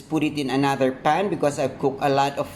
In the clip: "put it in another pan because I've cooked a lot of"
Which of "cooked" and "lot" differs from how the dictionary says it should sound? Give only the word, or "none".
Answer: cooked